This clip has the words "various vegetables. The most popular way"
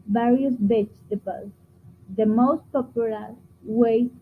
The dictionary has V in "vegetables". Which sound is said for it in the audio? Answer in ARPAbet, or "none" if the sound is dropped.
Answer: B